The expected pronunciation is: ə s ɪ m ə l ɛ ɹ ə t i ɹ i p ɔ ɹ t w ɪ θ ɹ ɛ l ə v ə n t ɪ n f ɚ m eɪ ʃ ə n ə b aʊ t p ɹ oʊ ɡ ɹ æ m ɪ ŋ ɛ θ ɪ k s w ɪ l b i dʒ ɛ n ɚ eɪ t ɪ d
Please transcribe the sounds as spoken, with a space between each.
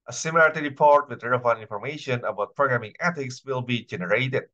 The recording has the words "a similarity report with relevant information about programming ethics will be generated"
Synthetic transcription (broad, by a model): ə s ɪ m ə l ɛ ɹ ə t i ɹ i p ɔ ɹ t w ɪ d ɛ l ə ə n ɪ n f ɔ m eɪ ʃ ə n ə b aʊ t p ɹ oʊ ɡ ɹ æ m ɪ ŋ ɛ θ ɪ k s w ɪ l b i dʒ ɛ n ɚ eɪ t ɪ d